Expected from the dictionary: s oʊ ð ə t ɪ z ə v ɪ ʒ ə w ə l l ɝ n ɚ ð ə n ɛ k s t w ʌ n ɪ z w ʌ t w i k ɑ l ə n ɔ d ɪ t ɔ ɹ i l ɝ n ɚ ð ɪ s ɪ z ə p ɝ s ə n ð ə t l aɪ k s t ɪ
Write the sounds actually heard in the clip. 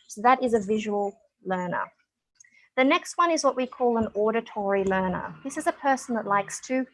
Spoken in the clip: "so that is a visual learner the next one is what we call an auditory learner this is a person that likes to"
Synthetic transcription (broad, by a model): s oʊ ð ə t ɪ z ə v ɪ ʒ ə w ə l l ɝ n ɚ ð ə n ɛ k s t w ʌ n ɪ z w ʌ t w i k ɑ l ə n ɔ d ɪ t ɔ ɹ i l ɝ n ɚ ð ɪ s ɪ z ə p ɝ s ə n ð ə t l aɪ k s t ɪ